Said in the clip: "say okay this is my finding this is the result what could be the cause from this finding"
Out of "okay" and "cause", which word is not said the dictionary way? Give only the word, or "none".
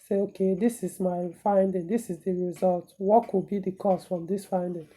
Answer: cause